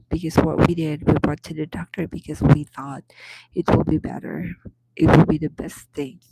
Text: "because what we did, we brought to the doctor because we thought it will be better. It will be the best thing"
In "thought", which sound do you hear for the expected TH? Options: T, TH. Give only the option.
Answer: TH